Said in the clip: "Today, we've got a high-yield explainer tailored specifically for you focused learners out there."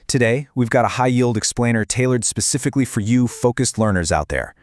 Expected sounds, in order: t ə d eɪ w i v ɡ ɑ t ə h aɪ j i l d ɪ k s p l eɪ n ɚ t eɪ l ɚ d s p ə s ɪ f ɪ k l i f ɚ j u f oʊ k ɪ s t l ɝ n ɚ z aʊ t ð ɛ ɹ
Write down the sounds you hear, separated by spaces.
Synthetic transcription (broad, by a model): t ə d eɪ w i v ɡ ɑ t ə h aɪ j i l d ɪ k s p l eɪ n ɚ t eɪ l ɚ d s p ə s ɪ f ɪ k l i f ɚ j u f oʊ k ɪ s t l ɝ n ɚ z aʊ t ð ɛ ɹ